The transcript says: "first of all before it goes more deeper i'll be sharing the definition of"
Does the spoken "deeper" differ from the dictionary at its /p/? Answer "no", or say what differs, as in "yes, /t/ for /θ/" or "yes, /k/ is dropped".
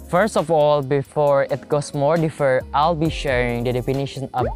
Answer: yes, /f/ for /p/